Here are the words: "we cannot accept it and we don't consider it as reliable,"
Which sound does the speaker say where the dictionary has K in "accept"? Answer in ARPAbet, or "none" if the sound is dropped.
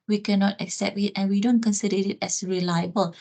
K